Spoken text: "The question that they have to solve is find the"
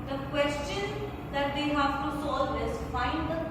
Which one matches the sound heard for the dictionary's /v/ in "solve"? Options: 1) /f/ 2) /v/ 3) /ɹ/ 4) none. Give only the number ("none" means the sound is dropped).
4